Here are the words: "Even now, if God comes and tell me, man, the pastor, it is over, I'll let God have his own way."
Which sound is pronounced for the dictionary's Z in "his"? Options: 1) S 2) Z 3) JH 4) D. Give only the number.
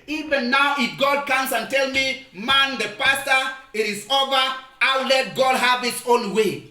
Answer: 1